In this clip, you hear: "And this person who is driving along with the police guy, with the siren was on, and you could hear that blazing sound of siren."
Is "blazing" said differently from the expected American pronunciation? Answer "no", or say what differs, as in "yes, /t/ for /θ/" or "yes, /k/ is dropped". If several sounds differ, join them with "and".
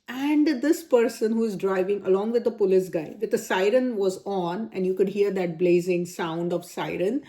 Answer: no